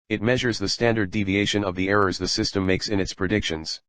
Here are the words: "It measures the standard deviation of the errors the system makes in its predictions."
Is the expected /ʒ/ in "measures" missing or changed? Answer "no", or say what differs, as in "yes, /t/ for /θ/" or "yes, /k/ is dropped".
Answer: no